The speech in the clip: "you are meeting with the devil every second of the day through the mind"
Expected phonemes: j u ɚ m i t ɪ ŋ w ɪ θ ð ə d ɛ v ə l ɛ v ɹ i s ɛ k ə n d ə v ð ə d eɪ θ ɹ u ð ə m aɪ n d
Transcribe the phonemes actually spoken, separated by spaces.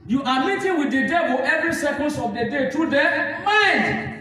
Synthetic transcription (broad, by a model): j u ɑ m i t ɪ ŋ w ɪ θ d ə d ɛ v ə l ɛ v ɹ i s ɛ k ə n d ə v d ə d eɪ t ɹ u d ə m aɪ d